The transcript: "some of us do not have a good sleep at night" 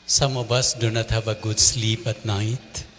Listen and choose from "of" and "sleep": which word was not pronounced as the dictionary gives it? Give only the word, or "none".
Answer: of